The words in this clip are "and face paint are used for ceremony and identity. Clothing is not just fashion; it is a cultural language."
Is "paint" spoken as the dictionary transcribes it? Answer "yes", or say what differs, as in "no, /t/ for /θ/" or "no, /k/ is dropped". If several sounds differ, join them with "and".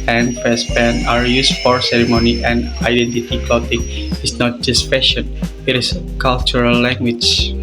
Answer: no, /t/ is dropped